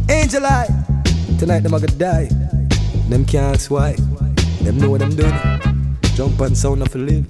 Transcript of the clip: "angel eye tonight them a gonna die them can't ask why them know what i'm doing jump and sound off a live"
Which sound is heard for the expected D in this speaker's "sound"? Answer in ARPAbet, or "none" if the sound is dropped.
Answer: none